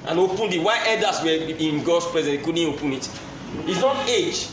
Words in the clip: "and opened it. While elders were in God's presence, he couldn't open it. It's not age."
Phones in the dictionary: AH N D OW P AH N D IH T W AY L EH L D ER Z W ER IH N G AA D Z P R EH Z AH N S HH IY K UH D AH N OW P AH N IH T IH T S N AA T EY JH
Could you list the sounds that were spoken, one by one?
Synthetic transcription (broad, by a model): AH N OW P AH N D IH T W AY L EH D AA S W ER IH N G AA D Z P R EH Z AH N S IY K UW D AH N OW P AH N IH T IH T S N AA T EY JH